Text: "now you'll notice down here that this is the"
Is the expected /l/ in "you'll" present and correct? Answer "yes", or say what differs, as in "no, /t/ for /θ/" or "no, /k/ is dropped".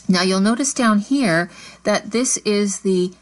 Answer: yes